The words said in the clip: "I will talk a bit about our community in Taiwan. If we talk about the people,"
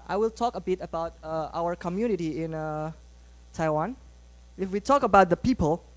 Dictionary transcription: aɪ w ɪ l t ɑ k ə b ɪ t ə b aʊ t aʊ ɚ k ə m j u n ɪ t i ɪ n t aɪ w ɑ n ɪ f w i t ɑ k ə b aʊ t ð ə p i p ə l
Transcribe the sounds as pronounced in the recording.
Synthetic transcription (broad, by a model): aɪ w ɪ l t ɑ k ə b ɪ t ə b aʊ t aʊ ɚ k ə m j u n ɪ t i ɪ n t aɪ w ɑ n ɪ f w i t ɑ k ə b aʊ t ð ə p i p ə l